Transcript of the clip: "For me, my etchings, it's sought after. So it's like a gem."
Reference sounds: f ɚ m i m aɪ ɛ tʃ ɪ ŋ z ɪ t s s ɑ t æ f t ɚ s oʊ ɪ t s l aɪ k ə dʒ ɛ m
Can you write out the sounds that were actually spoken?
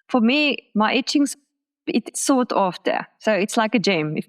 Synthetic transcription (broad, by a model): f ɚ m i m aɪ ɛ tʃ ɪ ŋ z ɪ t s s ɑ t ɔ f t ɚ s oʊ ɪ t s l aɪ k ə dʒ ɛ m